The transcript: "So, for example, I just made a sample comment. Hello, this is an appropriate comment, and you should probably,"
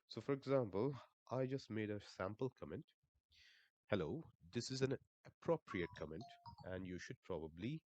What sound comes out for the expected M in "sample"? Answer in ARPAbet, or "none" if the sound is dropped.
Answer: M